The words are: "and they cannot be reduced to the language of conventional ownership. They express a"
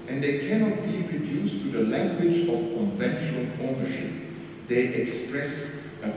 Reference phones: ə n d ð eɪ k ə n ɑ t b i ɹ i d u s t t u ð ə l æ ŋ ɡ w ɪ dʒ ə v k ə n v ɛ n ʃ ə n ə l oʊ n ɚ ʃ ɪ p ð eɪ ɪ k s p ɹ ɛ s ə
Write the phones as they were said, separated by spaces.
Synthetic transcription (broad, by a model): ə n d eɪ k ə n ɑ t b i ɹ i d u s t t u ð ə l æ ŋ ɡ w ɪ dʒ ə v k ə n v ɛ n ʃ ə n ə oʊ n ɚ ʃ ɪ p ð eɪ ɪ k s p ɹ ɛ s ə